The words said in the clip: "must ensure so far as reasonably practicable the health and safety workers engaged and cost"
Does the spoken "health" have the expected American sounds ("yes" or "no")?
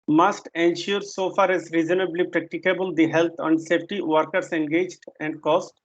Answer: no